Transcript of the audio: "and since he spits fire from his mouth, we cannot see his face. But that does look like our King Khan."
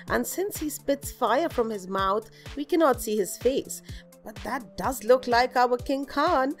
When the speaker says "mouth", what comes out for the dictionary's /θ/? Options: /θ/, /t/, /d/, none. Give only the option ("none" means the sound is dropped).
/θ/